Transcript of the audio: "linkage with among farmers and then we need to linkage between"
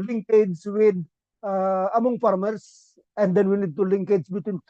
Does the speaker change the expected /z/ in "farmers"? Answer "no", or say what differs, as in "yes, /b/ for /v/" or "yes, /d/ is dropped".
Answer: yes, /s/ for /z/